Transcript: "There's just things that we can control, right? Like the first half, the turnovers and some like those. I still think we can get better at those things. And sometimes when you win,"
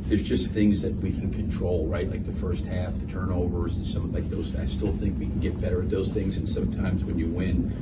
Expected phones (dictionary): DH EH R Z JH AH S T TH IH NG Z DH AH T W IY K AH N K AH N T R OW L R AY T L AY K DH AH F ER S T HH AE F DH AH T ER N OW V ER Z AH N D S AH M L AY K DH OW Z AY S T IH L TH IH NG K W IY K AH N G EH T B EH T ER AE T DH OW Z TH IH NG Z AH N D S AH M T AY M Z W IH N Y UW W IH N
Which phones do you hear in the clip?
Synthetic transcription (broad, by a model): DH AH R Z JH AH S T TH IH NG Z DH AH T W IY K N K AH N T R OW L R AY T L AY K DH AH F ER S T HH AE F DH AH T ER N OW V ER Z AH N S AH M L AY K DH OW Z AY S T IH L TH IH NG K W IY K N G EH T B EH T ER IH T DH OW Z TH IH NG Z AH N S AH M T AY M Z W IH N Y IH W IH N